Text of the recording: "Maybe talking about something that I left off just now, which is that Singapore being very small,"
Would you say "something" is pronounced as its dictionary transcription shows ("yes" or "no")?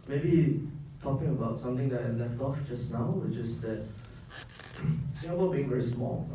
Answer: no